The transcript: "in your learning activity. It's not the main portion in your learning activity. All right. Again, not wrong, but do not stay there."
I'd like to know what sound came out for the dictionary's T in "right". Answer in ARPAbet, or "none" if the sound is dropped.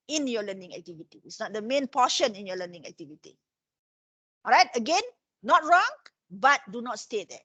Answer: T